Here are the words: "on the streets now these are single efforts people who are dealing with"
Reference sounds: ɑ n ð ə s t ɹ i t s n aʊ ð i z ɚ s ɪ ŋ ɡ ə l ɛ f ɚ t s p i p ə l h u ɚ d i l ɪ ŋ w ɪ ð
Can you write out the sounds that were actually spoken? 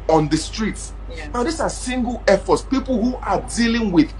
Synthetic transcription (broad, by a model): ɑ n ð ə s t ɹ i t s n aʊ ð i s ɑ s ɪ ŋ ɡ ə l ɛ f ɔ t s p i p ə l h u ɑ d i l ɪ ŋ w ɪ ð